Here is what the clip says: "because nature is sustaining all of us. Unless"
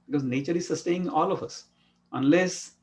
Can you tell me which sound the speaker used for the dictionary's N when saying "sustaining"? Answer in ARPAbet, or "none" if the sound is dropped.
none